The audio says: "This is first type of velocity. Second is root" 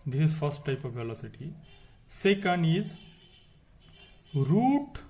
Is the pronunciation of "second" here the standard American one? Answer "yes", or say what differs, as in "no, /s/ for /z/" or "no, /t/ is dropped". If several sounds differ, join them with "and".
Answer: yes